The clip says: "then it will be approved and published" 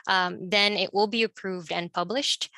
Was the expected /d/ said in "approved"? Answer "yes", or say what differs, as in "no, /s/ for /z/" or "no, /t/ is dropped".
yes